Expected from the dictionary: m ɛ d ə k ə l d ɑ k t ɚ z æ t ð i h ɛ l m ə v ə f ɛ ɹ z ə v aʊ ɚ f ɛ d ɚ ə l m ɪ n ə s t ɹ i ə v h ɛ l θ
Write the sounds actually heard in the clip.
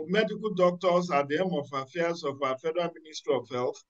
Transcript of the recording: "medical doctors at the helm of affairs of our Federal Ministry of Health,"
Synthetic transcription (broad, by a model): m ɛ d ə k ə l d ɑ k t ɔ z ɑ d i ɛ m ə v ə f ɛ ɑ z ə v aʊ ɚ f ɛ d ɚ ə n m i n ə s t ɹ i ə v h ɛ l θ